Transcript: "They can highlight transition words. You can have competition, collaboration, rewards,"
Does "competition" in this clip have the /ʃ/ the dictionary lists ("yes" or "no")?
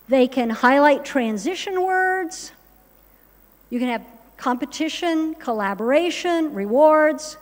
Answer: yes